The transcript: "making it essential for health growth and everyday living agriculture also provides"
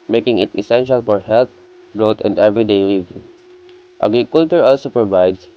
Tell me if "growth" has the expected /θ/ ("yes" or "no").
no